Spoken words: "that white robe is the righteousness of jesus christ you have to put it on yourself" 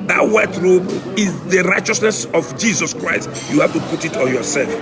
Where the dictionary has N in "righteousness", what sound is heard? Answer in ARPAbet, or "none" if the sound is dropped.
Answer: N